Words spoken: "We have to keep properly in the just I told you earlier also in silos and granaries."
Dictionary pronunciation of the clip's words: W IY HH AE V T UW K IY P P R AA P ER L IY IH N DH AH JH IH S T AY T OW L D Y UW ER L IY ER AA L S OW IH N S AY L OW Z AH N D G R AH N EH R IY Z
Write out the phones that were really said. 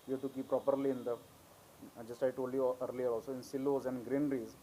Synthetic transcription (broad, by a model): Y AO T UW K IY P P R AA P ER L IY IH N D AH JH IH S T AY T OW D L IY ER L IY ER AA L S OW IH N S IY L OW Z AH N D G R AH N R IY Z